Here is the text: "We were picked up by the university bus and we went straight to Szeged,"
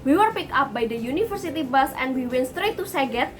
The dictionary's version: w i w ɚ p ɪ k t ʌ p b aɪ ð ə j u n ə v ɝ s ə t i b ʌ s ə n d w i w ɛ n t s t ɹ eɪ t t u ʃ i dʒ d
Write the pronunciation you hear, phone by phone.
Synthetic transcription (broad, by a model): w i w ɚ p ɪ k ɑ p b aɪ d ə j u n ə f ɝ s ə t i b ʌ s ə n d w i w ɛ n s t ɹ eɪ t t u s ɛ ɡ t